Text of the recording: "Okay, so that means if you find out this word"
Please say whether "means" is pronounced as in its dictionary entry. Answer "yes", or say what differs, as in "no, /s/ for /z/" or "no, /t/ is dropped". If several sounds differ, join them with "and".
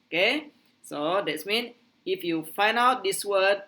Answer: no, /z/ is dropped